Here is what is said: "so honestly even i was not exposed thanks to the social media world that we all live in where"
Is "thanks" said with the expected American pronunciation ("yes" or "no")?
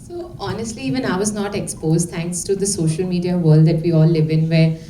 no